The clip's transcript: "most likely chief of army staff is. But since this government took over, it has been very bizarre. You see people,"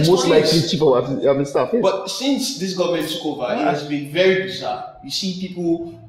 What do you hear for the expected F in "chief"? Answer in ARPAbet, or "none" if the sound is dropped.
P